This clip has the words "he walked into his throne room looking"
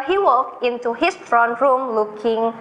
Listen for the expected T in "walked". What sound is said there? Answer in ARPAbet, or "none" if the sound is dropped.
none